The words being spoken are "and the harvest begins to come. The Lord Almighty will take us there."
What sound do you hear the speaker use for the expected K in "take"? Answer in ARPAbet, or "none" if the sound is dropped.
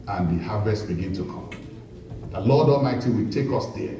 K